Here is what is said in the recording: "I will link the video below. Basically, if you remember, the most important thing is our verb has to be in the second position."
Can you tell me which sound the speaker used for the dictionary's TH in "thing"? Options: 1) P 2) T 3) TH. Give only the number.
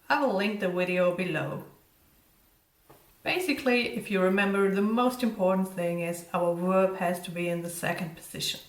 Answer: 3